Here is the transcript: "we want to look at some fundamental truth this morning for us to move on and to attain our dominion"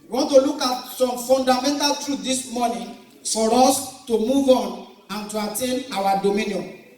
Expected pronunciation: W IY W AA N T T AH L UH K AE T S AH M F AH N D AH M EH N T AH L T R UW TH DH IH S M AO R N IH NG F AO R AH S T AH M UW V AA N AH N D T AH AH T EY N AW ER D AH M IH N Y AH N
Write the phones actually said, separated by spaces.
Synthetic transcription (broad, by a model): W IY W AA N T T AH L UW K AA T S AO M F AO N D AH M EH N T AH L T R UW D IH S M AO N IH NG F AO R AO S T AH M UW V AA N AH N T AH AH T EY N AW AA D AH M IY N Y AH N